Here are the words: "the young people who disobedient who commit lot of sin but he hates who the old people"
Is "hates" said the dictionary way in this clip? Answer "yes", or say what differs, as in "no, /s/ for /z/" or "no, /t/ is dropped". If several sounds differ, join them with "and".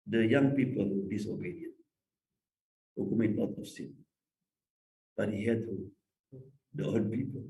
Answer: no, /s/ is dropped